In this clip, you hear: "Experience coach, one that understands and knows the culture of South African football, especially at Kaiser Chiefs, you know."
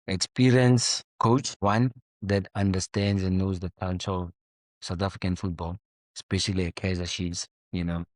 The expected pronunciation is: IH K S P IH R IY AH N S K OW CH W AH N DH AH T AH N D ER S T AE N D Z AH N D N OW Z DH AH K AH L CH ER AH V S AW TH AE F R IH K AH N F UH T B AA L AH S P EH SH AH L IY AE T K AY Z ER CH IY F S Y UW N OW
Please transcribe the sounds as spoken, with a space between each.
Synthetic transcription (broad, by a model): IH K S P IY R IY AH N S K OW CH W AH N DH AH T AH N D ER S T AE N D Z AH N N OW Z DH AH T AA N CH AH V S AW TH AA F R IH K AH N F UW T B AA L AH S P EH SH AH L IY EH K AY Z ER SH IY S Y UW N OW